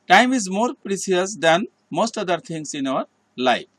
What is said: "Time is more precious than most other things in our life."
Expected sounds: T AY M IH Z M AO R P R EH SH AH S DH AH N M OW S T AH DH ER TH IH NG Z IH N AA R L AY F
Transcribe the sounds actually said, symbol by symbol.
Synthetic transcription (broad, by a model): T AY M IH Z M AO R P R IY S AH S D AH N M OW S T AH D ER T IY NG S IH N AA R L AY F